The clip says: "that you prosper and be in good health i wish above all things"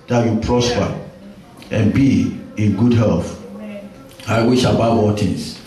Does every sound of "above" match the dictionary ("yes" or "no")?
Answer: no